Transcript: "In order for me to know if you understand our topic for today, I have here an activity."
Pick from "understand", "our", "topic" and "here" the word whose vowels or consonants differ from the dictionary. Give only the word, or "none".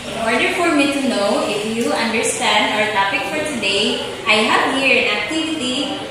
none